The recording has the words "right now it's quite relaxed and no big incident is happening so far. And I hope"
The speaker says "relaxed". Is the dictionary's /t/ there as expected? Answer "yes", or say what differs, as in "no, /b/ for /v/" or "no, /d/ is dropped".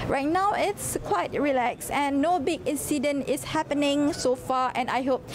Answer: no, /t/ is dropped